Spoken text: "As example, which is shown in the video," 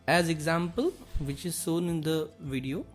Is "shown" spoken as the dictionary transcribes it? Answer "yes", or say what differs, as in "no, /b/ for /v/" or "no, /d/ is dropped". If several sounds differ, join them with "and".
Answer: no, /s/ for /ʃ/